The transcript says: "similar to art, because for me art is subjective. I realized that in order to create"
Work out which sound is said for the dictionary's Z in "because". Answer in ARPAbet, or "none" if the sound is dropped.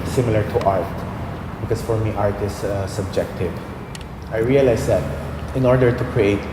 S